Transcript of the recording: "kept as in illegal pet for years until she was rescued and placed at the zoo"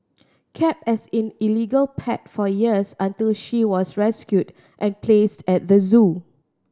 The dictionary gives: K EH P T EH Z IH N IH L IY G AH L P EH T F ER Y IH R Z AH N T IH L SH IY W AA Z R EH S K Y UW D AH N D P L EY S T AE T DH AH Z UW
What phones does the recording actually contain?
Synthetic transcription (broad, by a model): K EH P EH S IH N IH L IY G AH L P EH T F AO Y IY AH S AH N T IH L SH IY W AA S R EH S K Y UW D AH N P L EY S T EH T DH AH Z UW